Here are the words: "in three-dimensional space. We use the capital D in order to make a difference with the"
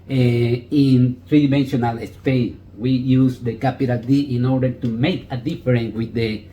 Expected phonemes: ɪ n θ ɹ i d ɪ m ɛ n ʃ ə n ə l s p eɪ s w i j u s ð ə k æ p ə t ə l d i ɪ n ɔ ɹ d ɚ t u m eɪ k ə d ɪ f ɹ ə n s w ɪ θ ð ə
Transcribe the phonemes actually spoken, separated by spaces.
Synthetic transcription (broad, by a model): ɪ n t ɹ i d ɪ m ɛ n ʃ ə n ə l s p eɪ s w i j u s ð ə k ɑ p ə t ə l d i ɪ n ɔ ɹ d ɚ t u m eɪ k ə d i f ɹ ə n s w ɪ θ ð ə